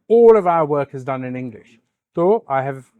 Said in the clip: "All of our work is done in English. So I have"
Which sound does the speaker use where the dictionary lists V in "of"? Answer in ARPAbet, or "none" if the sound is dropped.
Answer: V